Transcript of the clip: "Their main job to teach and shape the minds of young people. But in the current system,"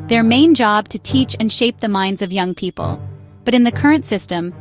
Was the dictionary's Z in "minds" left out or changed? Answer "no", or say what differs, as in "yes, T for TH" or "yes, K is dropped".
no